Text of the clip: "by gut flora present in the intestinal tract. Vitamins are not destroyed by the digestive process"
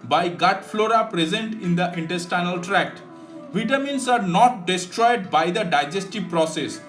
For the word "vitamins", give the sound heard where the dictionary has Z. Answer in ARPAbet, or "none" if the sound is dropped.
S